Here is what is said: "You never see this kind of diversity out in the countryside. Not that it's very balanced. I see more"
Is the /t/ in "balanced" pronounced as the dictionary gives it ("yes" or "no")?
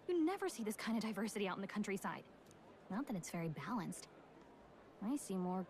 yes